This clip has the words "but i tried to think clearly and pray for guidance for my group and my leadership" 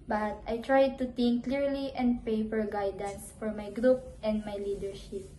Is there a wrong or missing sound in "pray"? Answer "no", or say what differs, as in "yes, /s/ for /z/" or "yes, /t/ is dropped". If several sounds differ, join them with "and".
yes, /ɹ/ is dropped